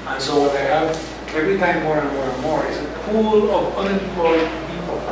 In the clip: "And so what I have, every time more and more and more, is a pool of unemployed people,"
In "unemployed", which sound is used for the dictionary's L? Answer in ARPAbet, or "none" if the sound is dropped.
none